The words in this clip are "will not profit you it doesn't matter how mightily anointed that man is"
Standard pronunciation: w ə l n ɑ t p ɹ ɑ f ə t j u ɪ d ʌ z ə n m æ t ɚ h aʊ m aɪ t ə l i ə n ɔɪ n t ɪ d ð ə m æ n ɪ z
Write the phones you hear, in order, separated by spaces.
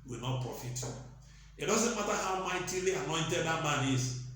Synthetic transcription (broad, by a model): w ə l n ɑ t p ɹ ɑ f ə t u ɪ d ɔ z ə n m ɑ t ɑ h aʊ m aɪ t ə l i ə n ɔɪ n t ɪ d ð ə m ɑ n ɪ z